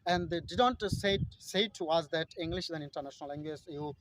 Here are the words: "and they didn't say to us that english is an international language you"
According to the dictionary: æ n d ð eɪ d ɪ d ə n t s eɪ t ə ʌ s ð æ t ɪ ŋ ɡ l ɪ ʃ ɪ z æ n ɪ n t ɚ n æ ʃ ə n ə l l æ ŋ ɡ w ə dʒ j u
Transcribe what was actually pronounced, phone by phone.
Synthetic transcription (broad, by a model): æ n d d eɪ d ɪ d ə n t s eɪ s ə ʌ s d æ t ɪ ŋ ɡ l ɪ ʃ ɪ z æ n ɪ n t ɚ n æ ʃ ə n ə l l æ ŋ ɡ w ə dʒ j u